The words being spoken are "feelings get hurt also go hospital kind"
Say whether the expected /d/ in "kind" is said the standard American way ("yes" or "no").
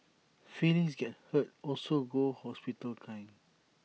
no